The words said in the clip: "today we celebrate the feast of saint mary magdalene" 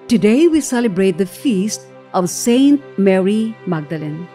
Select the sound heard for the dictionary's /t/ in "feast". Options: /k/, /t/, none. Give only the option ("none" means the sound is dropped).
/t/